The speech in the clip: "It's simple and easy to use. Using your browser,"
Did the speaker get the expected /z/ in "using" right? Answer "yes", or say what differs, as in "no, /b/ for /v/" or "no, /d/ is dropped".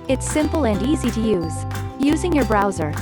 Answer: yes